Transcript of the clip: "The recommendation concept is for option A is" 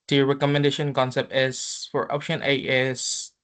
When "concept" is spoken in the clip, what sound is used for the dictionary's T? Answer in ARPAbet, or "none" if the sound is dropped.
T